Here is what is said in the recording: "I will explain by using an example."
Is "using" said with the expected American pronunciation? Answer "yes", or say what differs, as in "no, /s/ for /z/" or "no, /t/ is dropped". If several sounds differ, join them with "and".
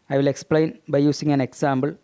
no, /s/ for /z/